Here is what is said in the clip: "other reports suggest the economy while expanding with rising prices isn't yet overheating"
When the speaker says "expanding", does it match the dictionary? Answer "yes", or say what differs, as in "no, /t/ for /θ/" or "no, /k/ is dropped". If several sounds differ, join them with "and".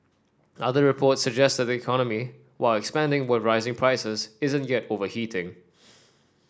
yes